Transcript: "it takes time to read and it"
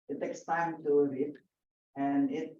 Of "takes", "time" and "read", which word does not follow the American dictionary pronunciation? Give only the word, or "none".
read